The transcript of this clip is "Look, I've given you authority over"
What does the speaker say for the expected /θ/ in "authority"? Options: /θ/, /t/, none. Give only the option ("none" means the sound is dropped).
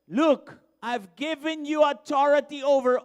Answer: /t/